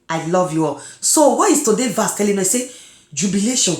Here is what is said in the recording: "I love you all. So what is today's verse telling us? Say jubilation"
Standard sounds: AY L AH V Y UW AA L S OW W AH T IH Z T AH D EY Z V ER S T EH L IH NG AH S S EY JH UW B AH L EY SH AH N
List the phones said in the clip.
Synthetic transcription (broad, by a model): AY L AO V Y UW AA L S OW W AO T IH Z T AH D EY V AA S T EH L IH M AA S S EY JH UW B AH L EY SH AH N